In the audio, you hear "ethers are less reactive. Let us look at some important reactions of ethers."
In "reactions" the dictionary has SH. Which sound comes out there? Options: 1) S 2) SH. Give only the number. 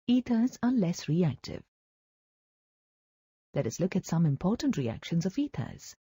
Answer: 2